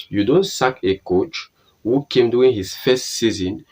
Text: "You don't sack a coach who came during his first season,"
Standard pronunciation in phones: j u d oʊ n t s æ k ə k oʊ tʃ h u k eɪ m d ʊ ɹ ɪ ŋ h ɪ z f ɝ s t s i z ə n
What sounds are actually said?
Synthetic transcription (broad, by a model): j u d oʊ n t s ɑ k ə k oʊ tʃ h u k eɪ m d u ɪ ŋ h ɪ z f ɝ s t s i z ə n